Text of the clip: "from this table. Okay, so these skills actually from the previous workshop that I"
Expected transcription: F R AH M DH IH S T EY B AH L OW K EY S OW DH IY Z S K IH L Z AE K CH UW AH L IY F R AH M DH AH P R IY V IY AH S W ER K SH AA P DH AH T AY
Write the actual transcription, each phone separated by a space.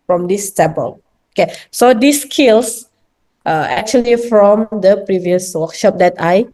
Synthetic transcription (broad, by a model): F R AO M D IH S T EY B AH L OW K EY S OW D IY S K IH L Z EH K CH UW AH L IY F R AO M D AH P R IY V IY AH S W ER K SH AA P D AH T AY